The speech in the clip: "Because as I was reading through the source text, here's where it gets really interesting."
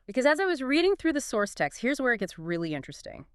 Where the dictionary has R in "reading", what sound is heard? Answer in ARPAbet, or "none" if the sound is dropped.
R